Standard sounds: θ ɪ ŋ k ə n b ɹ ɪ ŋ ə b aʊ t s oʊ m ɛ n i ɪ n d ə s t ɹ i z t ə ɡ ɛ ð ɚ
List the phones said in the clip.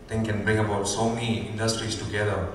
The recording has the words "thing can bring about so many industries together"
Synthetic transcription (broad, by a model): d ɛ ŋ k ə n b ɹ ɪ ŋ ə b aʊ t s oʊ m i i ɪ n d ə s t ɹ i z t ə ɡ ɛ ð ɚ